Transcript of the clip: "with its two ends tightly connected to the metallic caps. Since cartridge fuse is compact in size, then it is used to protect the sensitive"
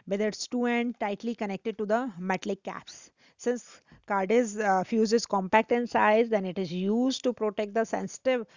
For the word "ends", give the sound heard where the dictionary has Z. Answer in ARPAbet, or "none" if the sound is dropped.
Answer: none